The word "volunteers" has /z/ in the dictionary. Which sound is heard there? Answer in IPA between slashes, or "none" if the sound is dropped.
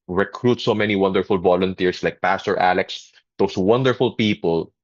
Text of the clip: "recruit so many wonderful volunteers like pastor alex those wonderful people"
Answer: /s/